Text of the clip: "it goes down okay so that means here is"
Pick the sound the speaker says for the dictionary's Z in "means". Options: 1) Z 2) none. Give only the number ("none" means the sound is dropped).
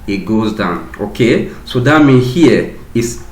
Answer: 2